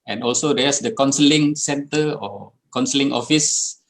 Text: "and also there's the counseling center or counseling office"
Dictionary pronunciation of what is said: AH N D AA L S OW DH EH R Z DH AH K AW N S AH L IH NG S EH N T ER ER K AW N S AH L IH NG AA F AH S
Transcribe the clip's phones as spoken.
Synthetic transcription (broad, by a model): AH N AA L S OW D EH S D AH K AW N S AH L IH NG S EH N T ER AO K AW N S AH L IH NG AA F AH S